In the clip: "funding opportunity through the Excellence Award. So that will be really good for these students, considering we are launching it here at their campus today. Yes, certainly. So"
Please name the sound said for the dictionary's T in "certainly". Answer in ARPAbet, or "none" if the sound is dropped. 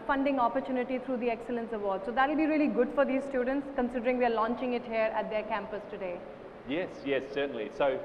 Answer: S